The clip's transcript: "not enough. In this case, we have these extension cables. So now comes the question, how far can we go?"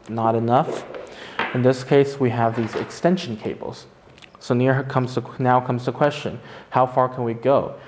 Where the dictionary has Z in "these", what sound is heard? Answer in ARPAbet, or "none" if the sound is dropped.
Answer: Z